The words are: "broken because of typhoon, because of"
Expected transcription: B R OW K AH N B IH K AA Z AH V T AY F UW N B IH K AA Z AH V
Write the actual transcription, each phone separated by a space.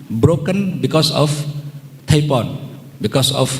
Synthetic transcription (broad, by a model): B R OW K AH N B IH K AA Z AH F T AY P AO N B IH K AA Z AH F